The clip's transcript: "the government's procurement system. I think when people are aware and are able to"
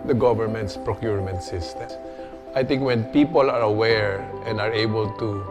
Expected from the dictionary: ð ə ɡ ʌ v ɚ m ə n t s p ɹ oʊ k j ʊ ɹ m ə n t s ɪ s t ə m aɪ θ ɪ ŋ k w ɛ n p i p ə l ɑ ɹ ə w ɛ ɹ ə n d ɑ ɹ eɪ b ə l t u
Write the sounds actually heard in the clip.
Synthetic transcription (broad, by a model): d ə ɡ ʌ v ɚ m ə n t s p ɹ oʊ k j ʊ ɹ m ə n t s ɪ s t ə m aɪ t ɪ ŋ k w ɛ n p i p ə l ɑ ɹ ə w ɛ ɹ ə n d ɑ ɹ eɪ b ə l t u